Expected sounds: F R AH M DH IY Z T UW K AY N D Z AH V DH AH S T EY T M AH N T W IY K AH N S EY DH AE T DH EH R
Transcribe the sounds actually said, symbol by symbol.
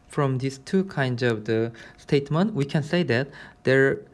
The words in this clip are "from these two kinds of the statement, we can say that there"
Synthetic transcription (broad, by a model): F R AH M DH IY S T UW K AY N D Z AH V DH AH S T EY T M AH N T W IY K AH N S EY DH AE T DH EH R